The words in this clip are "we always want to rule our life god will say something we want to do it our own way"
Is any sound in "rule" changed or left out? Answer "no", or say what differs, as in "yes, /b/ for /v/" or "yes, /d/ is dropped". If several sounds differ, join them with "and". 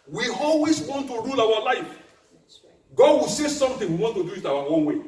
no